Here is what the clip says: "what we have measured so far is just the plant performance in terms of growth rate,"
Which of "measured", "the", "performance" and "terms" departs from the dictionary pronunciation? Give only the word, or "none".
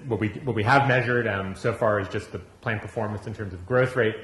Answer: none